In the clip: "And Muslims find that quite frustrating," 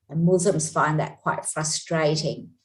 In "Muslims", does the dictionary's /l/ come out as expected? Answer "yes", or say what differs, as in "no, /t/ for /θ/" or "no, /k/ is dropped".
no, /l/ is dropped